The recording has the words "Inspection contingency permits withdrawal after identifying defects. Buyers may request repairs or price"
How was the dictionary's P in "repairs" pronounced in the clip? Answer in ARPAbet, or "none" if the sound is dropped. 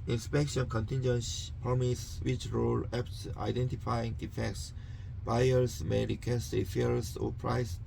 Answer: F